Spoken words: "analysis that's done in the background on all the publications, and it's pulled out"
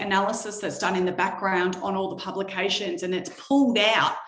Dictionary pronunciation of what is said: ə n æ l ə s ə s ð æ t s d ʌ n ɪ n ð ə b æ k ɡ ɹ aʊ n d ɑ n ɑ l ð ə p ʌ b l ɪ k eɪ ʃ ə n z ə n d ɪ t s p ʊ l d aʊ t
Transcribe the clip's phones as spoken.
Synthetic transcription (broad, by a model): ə n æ l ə s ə s ð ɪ t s d ʌ n ɪ n ð ə b æ k ɡ ɹ aʊ n d n ɑ l ð ə p ʌ b l ɪ k eɪ ʃ ə n z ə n ɪ t s p ʊ l d aʊ t